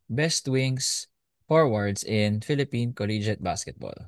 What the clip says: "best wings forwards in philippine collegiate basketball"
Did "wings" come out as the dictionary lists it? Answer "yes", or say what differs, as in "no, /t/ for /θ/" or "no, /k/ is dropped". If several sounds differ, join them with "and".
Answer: no, /s/ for /z/